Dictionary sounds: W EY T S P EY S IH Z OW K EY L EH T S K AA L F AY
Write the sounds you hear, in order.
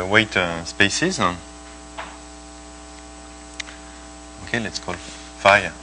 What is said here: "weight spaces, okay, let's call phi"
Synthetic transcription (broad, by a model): W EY T S P EY S IH Z OW K EY L EH T S K AA L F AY